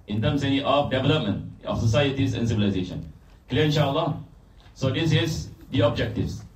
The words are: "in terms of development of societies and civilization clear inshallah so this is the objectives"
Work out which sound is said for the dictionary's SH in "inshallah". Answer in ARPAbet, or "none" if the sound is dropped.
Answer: SH